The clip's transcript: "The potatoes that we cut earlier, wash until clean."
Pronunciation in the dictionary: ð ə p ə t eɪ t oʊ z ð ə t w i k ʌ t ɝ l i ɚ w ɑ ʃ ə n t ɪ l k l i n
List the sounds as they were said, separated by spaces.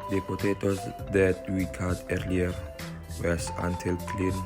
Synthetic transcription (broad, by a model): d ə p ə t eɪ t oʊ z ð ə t w i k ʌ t ɝ l i ɚ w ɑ s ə n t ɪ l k l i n